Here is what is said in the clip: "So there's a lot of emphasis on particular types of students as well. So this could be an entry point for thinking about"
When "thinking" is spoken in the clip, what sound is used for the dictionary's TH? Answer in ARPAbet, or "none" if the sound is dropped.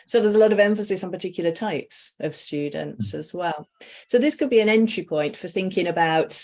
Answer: TH